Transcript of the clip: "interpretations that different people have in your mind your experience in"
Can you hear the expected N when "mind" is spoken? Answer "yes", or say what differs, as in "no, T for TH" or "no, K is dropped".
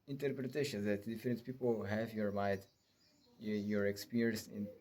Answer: no, N is dropped